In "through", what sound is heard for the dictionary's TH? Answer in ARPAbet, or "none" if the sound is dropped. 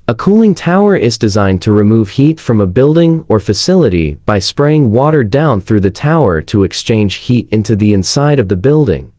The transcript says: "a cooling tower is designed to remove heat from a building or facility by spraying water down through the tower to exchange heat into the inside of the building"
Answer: TH